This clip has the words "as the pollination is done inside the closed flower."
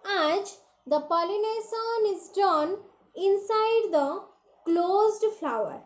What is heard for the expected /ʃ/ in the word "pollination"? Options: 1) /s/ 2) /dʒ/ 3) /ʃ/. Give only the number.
1